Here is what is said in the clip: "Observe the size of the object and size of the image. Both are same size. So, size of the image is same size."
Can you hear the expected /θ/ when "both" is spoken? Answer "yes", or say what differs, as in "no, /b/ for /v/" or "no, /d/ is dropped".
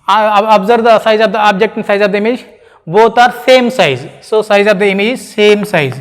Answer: no, /t/ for /θ/